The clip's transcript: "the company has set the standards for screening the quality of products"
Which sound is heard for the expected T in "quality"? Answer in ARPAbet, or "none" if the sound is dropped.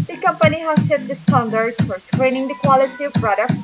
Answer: T